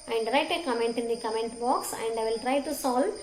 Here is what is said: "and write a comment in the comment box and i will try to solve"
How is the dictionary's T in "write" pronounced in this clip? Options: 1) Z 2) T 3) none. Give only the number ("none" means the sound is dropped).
2